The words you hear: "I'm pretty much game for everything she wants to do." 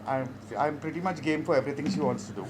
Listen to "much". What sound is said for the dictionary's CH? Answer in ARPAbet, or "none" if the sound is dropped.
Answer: CH